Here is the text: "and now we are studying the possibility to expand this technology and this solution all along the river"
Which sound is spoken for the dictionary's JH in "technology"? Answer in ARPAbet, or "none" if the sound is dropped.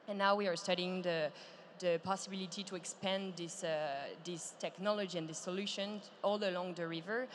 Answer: JH